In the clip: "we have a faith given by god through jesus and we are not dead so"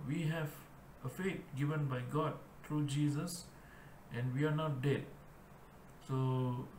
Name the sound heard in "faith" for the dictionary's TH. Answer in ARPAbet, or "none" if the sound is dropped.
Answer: T